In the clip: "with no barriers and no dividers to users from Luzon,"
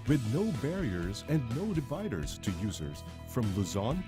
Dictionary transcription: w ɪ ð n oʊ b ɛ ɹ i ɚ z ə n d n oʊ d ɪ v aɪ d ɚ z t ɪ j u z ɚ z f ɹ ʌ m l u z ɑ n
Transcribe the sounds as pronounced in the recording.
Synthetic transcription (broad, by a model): w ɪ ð n oʊ b ɛ ɹ i ɚ z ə n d n oʊ d ɪ v aɪ d ɚ z t ɪ j u z ɚ z f ɹ ʌ m l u z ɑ n